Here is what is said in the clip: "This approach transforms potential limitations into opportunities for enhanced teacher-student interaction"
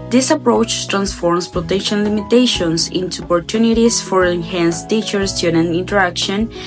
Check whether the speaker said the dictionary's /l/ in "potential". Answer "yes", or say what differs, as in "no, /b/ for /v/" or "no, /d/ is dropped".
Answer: no, /n/ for /l/